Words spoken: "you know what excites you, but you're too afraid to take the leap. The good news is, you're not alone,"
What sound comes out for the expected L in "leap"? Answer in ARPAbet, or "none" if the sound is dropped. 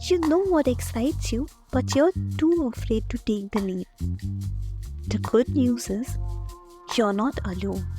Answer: N